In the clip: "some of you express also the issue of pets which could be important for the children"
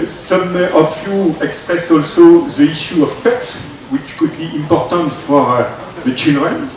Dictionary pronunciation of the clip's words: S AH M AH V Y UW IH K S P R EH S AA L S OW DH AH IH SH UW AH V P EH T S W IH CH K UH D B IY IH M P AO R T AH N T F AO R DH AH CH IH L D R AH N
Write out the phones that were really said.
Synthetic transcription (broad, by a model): S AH M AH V Y UW IH K S P R EH S AA L S OW DH AH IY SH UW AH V P EH T S W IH CH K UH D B IY IH M P AO R T AH N T F AO R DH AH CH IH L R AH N